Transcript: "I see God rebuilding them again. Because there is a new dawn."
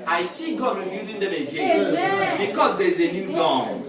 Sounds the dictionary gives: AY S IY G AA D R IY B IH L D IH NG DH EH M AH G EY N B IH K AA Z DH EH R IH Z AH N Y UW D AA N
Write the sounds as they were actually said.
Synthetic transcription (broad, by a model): AY S IY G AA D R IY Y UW D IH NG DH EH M AH G EY N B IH K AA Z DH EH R IH Z AH N Y UW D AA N